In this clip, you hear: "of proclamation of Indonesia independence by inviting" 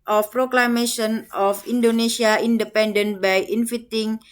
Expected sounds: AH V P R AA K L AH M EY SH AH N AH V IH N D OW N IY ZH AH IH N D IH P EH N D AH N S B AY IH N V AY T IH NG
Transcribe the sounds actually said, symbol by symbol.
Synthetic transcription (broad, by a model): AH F P R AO K L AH M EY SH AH N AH F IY N D OW N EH S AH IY N D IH P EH N D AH N B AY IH N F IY T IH NG